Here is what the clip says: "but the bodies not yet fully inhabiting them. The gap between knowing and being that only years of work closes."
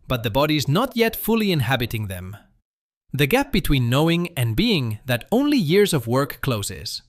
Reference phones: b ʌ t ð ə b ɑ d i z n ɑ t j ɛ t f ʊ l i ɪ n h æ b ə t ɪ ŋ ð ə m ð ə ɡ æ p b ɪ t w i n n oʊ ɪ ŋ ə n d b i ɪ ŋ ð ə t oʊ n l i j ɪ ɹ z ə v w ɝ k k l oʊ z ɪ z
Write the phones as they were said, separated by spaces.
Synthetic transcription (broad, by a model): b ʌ t ð ə b ɑ d i z n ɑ t j ɛ t f ʊ l i ɪ n h æ b ə t ɪ ŋ ð ə m ð ə ɡ æ p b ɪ t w i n n oʊ ɪ ŋ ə n b i ɪ ŋ ð ə t oʊ n l i j ɪ ɹ z ə v w ɝ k k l oʊ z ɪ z